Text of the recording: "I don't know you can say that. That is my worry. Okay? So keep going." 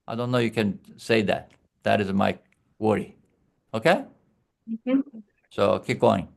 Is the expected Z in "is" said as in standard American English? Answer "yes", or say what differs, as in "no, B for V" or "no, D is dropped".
yes